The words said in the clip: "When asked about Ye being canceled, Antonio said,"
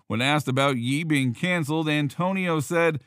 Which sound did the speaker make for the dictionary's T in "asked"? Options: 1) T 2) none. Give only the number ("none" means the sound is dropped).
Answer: 1